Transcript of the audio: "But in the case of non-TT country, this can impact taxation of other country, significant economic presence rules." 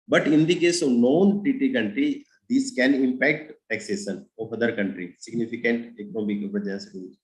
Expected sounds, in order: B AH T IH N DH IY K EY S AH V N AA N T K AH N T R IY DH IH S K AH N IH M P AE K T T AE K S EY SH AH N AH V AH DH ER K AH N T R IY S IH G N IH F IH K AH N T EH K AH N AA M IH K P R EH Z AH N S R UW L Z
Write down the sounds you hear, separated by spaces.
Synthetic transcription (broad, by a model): B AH T IH N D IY K EY S AH V N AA N T K AH N T R IY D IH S K AH N IH M P AE K T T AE K S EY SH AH N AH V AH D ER K AH N T R IY S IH G N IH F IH K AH N T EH K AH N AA M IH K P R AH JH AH S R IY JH